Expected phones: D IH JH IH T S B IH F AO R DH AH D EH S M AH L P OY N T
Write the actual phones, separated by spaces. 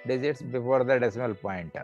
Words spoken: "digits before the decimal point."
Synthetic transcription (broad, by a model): D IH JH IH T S B IH F AO R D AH D EH S M AH L P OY N T